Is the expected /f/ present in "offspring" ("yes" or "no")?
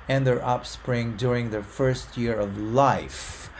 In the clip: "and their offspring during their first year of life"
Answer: no